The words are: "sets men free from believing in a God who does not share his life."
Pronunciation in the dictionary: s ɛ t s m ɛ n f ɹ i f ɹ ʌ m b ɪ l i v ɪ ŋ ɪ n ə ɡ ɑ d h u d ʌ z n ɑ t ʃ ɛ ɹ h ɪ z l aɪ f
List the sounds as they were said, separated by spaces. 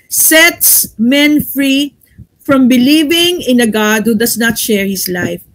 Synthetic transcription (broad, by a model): s ɛ t s m ɛ n f ɹ i f ɹ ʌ m b ɪ l i v ɪ ŋ ɪ n ə ɡ ɑ d h u d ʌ s n ɑ t ʃ ɛ ɹ h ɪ s l aɪ f